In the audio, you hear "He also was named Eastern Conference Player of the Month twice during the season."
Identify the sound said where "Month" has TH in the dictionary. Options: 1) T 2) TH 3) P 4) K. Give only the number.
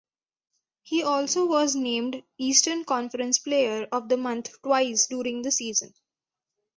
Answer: 1